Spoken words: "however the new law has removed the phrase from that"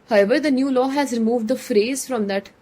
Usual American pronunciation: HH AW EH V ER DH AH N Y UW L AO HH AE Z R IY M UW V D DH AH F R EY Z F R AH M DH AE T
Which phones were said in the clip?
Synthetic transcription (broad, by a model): HH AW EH V ER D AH N Y UW L AO HH AE Z R IY M UW V D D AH F R EY Z F R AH M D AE T